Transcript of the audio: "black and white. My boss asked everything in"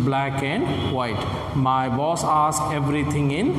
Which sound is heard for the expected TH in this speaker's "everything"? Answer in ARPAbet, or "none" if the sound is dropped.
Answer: T